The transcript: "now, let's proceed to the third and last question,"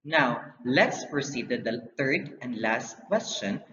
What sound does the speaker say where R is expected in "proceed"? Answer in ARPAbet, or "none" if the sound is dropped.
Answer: R